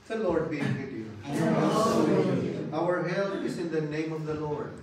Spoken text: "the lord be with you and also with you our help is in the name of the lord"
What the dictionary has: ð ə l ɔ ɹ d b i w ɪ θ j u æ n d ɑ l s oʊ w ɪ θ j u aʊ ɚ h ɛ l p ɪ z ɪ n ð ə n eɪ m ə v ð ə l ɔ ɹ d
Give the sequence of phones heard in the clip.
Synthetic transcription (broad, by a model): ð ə l ɔ ɹ d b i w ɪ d j u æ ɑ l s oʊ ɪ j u aʊ ɚ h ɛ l ɪ z ɪ n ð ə n eɪ m ə v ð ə l ɔ ɹ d